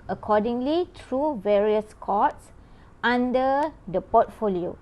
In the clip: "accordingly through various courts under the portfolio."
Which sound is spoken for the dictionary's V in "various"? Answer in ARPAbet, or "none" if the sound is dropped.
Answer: V